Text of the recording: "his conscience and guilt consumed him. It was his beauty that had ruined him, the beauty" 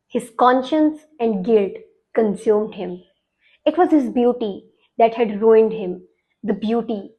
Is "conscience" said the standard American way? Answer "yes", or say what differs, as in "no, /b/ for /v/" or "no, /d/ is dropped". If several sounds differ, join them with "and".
yes